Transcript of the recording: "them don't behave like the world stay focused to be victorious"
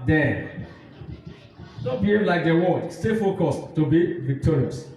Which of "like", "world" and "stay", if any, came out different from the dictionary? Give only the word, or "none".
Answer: world